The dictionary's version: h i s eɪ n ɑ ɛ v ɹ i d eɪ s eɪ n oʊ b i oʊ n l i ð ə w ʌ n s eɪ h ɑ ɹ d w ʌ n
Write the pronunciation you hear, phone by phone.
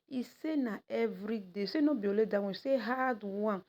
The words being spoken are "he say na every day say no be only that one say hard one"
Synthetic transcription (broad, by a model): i s eɪ n ɑ ɛ v ɹ i d eɪ s eɪ n oʊ b i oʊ l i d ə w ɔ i s eɪ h ɑ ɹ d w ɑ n